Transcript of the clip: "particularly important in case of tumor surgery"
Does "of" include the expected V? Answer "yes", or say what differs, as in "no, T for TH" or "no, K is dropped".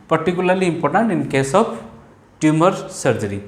no, P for V